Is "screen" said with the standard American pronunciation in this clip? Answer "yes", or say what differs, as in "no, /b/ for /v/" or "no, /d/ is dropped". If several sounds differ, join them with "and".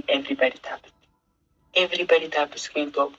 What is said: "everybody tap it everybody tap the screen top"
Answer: no, /ɹ/ is dropped